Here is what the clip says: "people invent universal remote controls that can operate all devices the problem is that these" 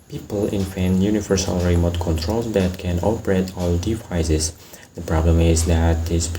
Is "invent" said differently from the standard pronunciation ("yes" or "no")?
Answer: yes